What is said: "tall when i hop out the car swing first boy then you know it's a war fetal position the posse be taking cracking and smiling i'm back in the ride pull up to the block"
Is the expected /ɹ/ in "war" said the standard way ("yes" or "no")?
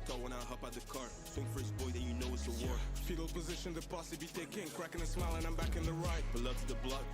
yes